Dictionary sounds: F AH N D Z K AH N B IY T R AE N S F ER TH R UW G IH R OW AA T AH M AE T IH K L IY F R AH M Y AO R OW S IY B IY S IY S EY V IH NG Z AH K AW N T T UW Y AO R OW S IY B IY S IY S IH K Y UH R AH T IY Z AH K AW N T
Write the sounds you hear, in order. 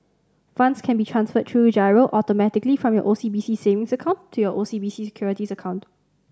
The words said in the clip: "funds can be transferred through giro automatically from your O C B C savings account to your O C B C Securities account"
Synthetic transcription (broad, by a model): F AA N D S K AH N B IY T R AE N S F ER T R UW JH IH R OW AA T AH M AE T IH K L IY F R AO M Y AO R OW S IY B IY S IY S EY V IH NG S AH K AW N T T UW Y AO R OW S IY B IY S IY S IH K Y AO R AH T IY S AH K AW N T